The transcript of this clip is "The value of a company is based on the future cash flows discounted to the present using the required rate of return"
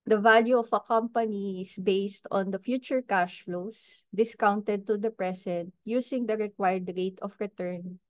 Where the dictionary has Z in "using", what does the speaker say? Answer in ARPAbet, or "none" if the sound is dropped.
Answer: S